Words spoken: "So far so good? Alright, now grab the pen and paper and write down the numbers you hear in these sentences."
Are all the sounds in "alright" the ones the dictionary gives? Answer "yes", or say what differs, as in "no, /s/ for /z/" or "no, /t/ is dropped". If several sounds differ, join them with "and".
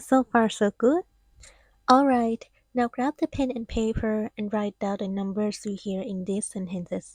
yes